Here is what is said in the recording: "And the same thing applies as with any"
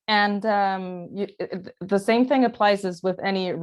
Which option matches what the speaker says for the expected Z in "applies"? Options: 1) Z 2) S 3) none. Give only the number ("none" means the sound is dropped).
1